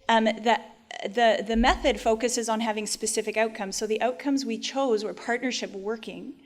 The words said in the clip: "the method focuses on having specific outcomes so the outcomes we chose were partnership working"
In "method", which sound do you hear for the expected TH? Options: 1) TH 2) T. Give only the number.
1